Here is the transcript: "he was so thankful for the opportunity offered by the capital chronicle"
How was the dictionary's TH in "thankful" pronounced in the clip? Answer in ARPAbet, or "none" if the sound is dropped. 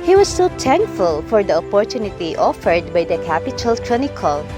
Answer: T